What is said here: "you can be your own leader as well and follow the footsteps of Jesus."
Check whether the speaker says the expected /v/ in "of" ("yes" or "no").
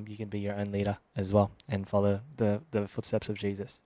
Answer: yes